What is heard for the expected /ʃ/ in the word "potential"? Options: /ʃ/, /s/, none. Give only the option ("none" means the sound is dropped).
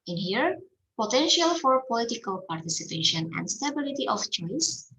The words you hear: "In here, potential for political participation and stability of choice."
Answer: /ʃ/